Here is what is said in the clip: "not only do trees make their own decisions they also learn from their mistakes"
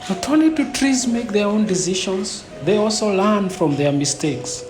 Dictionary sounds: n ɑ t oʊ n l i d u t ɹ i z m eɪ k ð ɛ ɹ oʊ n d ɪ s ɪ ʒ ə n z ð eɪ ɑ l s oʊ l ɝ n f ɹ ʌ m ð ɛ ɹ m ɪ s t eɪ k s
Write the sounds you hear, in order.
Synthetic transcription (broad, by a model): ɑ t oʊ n i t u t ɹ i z m eɪ k ð ɛ ɹ oʊ n d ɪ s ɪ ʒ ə n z ð eɪ ɑ l s oʊ l ɝ n f ɹ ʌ m ð ɛ ɹ m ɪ s t eɪ k s